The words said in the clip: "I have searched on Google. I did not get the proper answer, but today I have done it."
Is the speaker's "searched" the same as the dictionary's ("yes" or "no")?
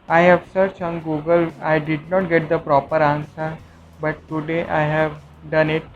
no